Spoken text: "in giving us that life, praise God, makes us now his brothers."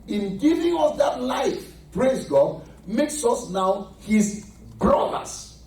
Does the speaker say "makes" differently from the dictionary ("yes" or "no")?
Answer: no